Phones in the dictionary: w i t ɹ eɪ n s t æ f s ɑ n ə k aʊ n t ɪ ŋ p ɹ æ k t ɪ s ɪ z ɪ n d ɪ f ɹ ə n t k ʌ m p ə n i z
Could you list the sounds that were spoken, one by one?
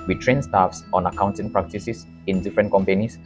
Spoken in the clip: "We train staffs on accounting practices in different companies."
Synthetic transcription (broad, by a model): w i t ɹ eɪ n s t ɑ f s ɑ n ə k aʊ n t ɪ ŋ p ɹ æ k t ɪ s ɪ s ɪ n d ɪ f ɹ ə n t k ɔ m p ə n i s